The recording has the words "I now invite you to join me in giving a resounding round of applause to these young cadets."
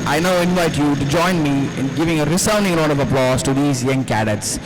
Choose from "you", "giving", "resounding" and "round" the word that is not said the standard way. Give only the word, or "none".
round